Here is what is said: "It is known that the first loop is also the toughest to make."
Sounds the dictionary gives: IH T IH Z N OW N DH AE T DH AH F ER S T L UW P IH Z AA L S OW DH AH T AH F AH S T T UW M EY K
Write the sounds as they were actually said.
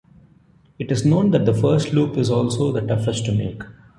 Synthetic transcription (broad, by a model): IH T IH Z N OW N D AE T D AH F ER S T L UW P IH Z AA L S OW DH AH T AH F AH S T T UW M EY K